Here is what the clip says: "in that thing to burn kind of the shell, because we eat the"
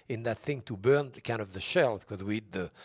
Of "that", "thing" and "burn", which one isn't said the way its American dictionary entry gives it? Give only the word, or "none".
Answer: none